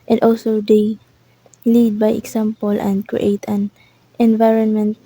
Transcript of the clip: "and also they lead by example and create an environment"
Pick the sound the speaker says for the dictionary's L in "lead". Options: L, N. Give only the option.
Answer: L